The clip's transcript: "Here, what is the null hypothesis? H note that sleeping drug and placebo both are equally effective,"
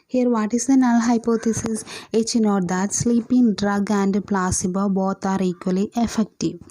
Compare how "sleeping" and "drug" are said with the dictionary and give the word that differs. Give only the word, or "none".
none